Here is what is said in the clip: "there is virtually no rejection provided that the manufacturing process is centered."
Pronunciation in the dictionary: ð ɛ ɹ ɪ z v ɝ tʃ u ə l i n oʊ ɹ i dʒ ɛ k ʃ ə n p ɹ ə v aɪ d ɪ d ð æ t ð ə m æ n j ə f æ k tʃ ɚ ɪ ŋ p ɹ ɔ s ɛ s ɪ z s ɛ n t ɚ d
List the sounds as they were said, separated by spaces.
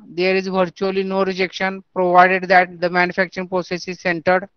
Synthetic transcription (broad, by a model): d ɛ ɹ ɪ z v ɝ tʃ u ə l i n oʊ ɹ i dʒ ɛ k ʃ ə n p ɹ ə v aɪ d ɪ d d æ t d ə m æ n j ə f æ k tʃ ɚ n p ɹ ɔ s ɛ s ɪ z s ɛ n t ɚ d